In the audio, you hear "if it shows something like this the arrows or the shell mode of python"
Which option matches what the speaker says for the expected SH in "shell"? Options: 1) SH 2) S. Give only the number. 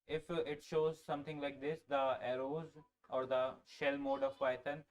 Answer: 1